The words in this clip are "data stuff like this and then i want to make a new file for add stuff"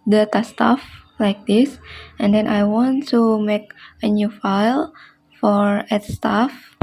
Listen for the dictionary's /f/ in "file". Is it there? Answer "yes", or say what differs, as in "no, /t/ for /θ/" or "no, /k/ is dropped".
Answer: yes